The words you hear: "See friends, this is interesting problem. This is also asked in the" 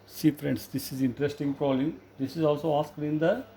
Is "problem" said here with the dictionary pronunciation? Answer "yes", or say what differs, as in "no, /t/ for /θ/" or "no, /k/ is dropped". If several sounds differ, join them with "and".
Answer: no, /b/ is dropped